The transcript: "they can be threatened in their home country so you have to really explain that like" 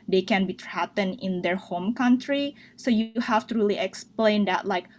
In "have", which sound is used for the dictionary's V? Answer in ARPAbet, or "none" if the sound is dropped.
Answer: F